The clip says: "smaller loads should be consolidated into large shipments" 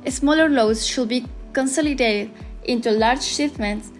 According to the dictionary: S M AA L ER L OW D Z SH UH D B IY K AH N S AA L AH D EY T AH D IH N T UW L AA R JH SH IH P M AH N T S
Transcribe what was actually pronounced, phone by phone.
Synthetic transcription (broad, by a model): S M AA L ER L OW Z SH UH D B IY K AH N S AA L AH D EY T AH D IH N T UW L AA R JH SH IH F M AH N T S